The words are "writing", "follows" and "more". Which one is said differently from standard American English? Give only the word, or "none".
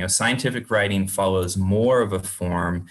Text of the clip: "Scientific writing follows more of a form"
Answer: none